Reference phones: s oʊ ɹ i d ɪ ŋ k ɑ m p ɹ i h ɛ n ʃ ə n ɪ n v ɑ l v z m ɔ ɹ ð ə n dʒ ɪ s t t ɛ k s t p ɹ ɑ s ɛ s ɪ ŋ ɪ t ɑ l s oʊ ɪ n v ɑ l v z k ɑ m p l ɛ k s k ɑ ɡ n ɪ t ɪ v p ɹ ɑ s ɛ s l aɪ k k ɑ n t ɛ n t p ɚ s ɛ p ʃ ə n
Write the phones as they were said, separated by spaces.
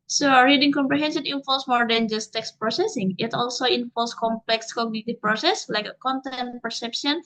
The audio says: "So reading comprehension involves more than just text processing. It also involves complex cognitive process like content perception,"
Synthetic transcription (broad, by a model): s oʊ ɹ i d ɪ ŋ k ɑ m p ɹ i h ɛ n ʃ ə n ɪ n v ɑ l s m ɔ ɹ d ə n dʒ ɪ s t t ɛ k s t p ɹ ɑ s ɛ s ɪ ŋ ɪ t ɑ l s oʊ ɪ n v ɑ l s k ɑ m p l ɛ k s k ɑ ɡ n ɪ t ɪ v p ɹ ɑ s ɛ s l aɪ k k ɑ n t ɛ n t p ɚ s ɛ p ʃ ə n